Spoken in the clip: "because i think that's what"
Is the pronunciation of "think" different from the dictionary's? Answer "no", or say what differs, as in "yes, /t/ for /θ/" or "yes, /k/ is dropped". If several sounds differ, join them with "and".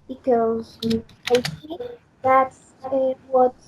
yes, /s/ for /θ/